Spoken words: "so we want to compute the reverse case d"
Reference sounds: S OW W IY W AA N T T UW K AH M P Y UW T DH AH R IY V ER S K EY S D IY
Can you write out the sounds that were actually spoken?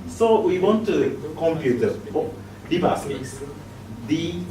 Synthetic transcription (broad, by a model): S OW W IY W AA N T T UW K AH M P Y UW T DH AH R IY B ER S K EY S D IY